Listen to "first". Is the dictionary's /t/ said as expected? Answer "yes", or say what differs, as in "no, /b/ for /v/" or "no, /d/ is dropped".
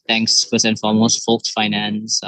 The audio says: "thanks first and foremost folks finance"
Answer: no, /t/ is dropped